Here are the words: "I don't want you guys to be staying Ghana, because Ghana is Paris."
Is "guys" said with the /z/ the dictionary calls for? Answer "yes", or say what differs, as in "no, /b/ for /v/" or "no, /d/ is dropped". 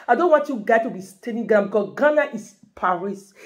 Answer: no, /z/ is dropped